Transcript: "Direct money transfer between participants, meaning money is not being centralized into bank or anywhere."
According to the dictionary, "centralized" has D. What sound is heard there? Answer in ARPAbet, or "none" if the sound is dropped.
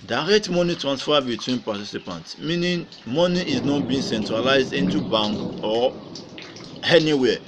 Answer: D